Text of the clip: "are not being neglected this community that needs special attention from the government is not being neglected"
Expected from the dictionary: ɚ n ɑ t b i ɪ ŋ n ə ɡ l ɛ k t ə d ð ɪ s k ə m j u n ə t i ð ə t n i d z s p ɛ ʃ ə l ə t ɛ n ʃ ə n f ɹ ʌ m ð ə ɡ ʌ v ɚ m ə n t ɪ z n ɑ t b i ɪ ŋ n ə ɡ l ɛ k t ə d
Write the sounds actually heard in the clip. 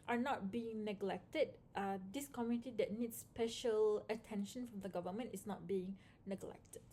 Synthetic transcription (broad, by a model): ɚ n ɑ t b i ɪ ŋ n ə ɡ l ɛ k t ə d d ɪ s k ə m j u n ə t i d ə t n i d s p ɛ ʃ ə l ə t ɛ n ʃ ə n f ɹ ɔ m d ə ɡ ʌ v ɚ m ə n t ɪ s n ɑ t b i ɪ ŋ n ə ɡ l ɛ k t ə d